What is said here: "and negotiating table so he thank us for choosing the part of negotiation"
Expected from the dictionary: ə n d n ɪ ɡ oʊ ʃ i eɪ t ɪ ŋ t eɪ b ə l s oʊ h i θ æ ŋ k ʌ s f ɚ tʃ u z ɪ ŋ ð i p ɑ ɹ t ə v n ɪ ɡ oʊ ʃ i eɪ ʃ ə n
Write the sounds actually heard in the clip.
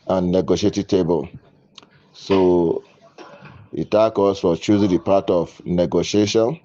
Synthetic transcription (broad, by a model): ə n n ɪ ɡ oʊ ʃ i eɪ t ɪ t eɪ b ə l s oʊ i t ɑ k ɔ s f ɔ tʃ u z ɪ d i p ɑ t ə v n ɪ ɡ oʊ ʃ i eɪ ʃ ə n